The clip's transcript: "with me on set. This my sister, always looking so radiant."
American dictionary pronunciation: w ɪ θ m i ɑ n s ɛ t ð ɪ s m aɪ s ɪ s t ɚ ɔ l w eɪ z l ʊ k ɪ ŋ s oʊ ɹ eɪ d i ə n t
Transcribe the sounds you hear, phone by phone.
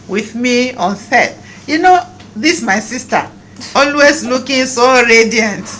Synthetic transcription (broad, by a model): w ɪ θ m i ɑ n θ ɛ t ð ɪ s m aɪ s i s t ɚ ɔ l w eɪ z l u k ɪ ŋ s oʊ ɹ eɪ d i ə n t